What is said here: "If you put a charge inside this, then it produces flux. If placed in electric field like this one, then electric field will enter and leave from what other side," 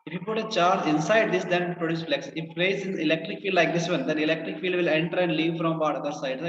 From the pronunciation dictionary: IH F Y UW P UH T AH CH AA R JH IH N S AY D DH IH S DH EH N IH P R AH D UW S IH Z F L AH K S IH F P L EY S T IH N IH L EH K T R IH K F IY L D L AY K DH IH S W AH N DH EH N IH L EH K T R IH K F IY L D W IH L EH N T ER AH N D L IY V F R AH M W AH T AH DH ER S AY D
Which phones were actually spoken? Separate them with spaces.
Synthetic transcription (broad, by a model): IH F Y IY P UH T AH CH AA R JH IH N S AY D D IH S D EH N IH P R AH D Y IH S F L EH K S IH F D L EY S IH N IH L EH K T R IH K F IY L D L AY K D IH S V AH N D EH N IH L EH K T R IH K F IY L D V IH L EH N T ER AH N D L IY V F R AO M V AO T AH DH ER S AY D